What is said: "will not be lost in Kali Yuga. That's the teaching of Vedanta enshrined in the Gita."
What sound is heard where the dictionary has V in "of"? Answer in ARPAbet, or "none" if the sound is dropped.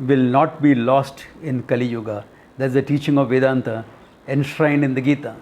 V